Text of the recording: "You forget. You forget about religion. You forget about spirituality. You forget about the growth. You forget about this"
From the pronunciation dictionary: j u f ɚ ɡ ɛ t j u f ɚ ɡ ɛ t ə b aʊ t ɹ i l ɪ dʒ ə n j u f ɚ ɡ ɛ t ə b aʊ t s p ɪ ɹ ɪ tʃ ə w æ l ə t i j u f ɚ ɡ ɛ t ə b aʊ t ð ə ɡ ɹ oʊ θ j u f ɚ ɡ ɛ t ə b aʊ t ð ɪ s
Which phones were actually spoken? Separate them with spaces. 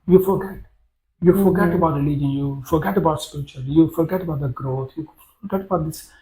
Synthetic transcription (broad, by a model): j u f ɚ ɡ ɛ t j u f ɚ ɡ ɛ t ə b aʊ t l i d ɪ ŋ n j u f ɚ ɡ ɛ t ə b aʊ t s p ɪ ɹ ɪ tʃ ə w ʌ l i j u f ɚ ɡ ɛ t ə b aʊ t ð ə ɡ ɹ oʊ t j u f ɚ ɡ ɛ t ə b aʊ t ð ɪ s